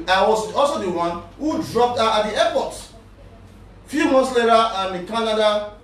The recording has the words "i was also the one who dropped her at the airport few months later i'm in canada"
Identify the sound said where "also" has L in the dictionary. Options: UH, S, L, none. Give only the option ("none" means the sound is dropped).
L